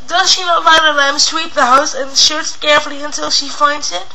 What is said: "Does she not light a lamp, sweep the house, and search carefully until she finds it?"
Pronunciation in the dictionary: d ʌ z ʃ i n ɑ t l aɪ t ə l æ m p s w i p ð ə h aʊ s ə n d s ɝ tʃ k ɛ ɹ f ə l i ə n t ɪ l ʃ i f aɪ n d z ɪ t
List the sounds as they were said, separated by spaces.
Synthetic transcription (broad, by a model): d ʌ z ʃ i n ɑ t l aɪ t ə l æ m s w i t ð ə h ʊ s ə n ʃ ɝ s k ɛ ɹ f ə l i ə n t ɪ l ʃ i f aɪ n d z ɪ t